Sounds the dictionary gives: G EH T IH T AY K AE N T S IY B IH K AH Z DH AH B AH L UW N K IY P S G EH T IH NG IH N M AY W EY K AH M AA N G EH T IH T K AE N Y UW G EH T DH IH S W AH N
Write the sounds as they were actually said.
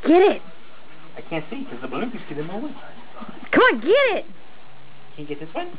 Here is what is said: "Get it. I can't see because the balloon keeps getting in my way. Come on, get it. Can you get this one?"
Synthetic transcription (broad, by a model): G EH T IH T AY K AE N T S IY K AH Z DH AH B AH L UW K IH S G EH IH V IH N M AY W EY K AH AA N G EH T IH T K AE N G EH T DH IH S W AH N